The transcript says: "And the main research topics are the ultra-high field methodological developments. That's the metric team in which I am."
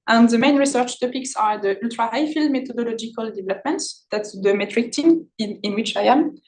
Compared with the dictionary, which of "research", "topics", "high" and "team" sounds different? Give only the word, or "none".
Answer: none